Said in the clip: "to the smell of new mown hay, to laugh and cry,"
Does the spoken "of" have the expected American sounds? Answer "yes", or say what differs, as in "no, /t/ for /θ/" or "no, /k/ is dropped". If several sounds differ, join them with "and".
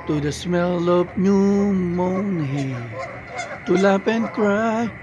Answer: no, /p/ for /v/